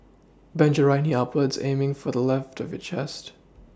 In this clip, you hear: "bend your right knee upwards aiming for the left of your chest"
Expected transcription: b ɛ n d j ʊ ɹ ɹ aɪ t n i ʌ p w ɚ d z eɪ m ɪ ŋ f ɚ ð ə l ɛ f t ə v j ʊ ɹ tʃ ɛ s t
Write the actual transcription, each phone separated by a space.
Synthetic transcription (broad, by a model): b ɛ n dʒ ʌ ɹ ɹ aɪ n i ʌ p w ɚ d z eɪ m ɪ ŋ f ɚ ð ə l ɛ f t ə v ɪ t tʃ ɛ s t